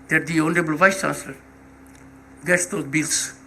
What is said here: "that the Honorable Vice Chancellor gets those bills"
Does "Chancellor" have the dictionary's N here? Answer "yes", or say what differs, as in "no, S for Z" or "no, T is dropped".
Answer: no, N is dropped